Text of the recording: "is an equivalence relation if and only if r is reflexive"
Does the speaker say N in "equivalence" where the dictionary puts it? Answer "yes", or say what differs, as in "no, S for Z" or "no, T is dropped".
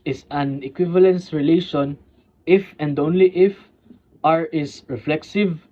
yes